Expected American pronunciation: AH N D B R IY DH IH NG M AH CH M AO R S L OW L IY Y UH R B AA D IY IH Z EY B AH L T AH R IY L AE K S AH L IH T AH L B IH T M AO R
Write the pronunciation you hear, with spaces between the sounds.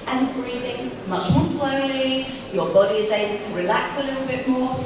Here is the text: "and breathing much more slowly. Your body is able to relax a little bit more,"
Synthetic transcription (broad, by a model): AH N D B R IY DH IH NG M AH CH M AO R S L OW L IY Y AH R B AA D IY IH Z EY B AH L T AH R IY L AE K S AH L IH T L B IH T M AO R